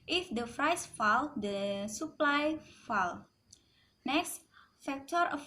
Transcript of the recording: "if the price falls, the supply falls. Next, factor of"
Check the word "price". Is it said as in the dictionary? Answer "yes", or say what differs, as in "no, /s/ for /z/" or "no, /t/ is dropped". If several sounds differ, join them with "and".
no, /f/ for /p/